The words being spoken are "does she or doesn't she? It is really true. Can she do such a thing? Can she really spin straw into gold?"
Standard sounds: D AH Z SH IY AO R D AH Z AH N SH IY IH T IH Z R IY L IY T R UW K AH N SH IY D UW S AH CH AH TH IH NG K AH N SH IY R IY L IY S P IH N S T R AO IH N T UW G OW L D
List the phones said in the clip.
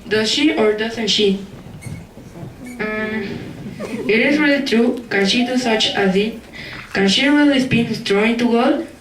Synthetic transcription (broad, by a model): D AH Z SH IY AO R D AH S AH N SH IY IH T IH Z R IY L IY T R UW K AH N SH IY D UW S AH CH AH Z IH K AH N SH IY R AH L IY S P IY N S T R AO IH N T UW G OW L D